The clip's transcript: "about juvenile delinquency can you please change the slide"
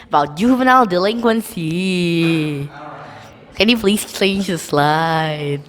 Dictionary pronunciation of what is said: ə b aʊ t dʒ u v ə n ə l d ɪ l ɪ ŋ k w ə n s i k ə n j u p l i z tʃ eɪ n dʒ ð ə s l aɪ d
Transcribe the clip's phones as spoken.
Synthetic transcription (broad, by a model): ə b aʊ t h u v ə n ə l d ɪ l ɪ ŋ k w ə n s i k ə n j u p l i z tʃ eɪ n dʒ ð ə s l aɪ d